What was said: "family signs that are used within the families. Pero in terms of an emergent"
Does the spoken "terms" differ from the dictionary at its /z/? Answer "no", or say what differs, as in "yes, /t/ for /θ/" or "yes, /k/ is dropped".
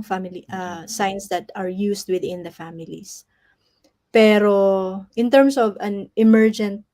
yes, /s/ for /z/